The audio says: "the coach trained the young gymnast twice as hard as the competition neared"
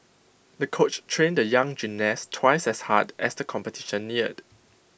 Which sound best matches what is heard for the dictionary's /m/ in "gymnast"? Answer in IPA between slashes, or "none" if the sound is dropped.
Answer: none